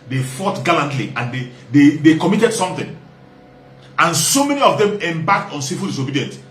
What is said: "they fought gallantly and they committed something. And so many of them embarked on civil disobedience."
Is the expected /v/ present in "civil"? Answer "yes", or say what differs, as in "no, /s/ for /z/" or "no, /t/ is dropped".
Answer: no, /f/ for /v/